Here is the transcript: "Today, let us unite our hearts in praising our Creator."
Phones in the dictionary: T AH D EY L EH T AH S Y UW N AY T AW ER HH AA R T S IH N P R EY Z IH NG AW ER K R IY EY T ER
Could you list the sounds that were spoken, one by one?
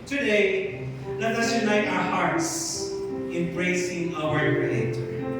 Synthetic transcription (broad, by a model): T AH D EY L EH T AH S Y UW N AY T AW ER HH AA R T S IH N B R EY S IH NG AW ER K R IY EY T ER